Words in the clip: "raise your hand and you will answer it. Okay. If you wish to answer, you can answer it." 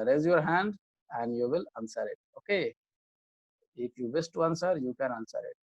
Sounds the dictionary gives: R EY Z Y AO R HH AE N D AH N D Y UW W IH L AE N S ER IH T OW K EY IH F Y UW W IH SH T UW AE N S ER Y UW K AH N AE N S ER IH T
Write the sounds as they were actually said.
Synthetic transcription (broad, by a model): R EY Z Y AO R HH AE N D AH N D Y UW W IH L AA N S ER IH T OW K EY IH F Y UW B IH S T UW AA N S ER Y UW K AH N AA N S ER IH T